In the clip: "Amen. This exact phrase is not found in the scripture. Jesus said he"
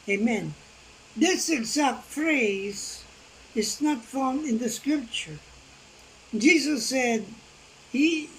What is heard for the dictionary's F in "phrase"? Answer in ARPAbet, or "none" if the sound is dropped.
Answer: F